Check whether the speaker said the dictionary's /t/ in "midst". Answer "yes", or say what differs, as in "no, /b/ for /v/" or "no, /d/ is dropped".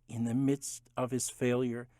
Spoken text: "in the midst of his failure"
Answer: yes